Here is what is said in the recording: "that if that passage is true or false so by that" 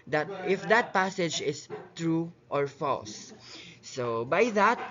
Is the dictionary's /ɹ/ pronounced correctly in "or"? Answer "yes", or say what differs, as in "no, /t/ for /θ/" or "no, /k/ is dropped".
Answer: yes